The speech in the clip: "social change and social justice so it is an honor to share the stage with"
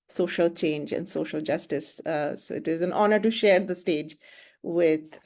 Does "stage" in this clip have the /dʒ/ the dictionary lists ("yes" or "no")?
yes